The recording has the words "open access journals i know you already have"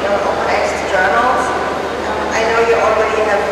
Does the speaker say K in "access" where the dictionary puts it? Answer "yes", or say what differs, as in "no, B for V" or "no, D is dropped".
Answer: no, K is dropped